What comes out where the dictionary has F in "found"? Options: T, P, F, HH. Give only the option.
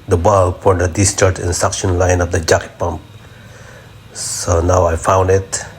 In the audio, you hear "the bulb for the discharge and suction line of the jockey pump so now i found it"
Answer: F